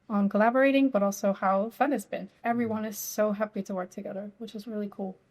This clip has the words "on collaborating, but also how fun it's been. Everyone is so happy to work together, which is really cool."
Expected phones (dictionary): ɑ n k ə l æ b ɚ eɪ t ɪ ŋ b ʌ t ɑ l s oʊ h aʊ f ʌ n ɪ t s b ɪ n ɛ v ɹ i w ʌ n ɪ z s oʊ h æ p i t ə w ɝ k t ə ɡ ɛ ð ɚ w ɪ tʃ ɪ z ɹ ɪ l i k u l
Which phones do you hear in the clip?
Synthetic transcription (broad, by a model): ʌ n k ə l æ b ɚ eɪ t ɪ ŋ b ʌ t ɑ l s oʊ h aʊ f ʌ n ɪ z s b ɪ n ɛ v ɹ i w ʌ n ɪ z s oʊ h æ p i t ə w ɝ k t ə ɡ ɛ ð ɚ w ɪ tʃ ɪ z ɹ ɪ l i k u l